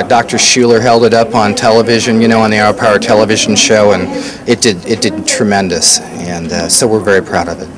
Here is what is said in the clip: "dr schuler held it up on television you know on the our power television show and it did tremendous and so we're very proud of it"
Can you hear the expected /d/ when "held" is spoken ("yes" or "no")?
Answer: yes